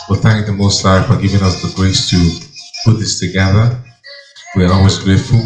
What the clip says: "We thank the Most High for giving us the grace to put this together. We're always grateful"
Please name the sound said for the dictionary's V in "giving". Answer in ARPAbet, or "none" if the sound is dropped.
V